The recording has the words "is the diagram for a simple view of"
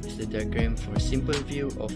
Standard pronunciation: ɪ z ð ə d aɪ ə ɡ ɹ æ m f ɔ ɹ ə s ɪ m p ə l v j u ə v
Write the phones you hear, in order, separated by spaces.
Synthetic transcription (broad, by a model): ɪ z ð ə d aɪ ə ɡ ɹ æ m f ɔ ɹ ə s ɪ m p ə l v j u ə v